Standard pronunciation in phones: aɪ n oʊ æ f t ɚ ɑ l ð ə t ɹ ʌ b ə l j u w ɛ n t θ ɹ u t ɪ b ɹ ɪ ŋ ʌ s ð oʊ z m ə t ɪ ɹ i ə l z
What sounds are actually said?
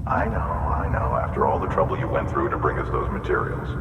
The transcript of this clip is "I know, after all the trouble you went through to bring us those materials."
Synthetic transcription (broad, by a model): aɪ n oʊ æ f t ɚ ɑ l ð ə t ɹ ʌ b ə l j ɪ w ɛ n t θ ɹ u t ɪ b ɹ ɪ ŋ ʌ s ð oʊ z m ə t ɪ ɹ i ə l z